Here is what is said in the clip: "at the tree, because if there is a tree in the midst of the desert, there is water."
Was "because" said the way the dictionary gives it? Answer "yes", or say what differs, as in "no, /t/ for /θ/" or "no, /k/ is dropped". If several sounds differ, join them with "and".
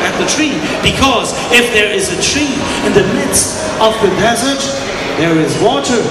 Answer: yes